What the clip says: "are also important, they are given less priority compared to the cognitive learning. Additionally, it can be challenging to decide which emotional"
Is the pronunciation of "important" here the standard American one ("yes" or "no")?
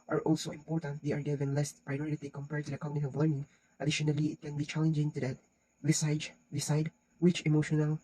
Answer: yes